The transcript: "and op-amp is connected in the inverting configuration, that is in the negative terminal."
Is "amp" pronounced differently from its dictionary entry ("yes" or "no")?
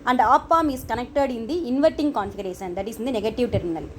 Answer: yes